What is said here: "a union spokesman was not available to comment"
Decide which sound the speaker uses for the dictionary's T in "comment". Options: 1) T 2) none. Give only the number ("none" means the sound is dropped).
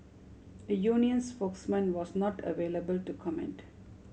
1